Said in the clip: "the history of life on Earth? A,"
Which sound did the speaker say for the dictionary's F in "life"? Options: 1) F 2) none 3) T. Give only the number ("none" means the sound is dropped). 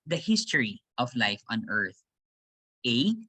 1